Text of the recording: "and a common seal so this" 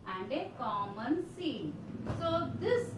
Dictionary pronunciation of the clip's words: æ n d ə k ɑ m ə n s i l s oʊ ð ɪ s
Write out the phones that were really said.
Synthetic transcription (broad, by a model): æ n d ə k ɑ m ə n s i n s oʊ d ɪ s